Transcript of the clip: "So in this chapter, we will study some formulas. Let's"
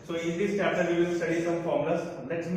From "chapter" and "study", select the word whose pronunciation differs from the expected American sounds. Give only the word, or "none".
chapter